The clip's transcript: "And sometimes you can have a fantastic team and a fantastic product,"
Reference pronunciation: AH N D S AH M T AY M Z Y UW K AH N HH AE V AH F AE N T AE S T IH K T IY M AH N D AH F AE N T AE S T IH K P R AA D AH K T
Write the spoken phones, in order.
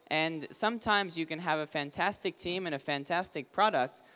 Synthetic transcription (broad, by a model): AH N S AH M T AY M Z Y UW K AH N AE V AH F AE N T AE S T IH K T IY M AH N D AH F AE N T AE S T IH K P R AA D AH K T